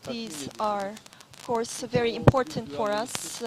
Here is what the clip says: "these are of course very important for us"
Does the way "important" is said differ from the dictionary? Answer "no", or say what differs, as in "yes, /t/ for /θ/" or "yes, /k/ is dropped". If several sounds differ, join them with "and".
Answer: no